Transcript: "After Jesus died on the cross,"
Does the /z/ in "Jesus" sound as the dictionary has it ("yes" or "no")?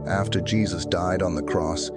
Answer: yes